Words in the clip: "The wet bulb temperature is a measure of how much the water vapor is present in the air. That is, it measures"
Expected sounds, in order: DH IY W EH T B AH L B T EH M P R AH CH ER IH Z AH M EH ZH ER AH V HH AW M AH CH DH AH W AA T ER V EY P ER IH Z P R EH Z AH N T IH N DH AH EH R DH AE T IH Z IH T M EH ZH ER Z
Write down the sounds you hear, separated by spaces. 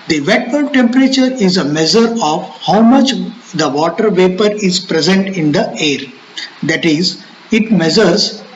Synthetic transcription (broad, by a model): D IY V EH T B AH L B T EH M P R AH CH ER IH Z AH M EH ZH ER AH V HH AW M AH CH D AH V AA T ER V EY P ER IH Z P R EH Z AH N T IH N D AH EH R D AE T IH Z IH T M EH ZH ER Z